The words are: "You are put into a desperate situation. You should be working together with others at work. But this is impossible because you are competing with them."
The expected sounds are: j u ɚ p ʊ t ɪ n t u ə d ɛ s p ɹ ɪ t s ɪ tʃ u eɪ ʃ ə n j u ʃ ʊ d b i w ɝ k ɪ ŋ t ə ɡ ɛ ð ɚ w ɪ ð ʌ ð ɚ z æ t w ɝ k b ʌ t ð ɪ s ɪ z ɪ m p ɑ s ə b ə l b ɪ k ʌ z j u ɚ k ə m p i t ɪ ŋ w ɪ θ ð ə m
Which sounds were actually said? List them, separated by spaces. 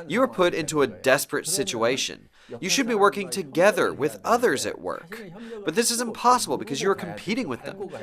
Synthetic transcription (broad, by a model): j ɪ ɚ p ʊ t ɪ n t u ə d ɛ s p ɹ ɪ t s ɪ tʃ u eɪ ʃ ə n j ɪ ʃ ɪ d b i w ɝ k ɪ ŋ t ə ɡ ɛ ð ɚ w ɪ ð ʌ ð ɚ z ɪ t w ɝ k b ʌ t ð ɪ s ɪ z ɪ m p ɑ s ə b ə l b ɪ k ʌ z j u ɚ k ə m p i t ɪ ŋ w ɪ ð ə m